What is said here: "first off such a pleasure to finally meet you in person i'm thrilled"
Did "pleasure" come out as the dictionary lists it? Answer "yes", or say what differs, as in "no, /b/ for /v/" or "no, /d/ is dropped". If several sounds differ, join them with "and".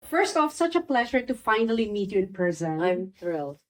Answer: yes